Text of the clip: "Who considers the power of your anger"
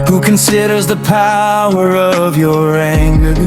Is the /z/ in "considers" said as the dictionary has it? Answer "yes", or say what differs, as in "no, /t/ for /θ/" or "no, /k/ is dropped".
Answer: yes